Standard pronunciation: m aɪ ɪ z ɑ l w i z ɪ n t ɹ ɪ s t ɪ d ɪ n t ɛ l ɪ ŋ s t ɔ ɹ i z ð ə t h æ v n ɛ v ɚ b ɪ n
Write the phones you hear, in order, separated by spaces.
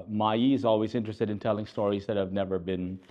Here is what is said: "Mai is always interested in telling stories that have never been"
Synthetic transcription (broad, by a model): m aɪ ɪ z ɑ l w i z ɪ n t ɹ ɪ s t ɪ d ɪ n t ɛ l ɪ ŋ s t ɔ ɹ i z ð ə t h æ v n ɛ v ɚ b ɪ n